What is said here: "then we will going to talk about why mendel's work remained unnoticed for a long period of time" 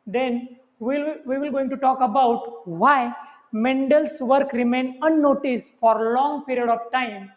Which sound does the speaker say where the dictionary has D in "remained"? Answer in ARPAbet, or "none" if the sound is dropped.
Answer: none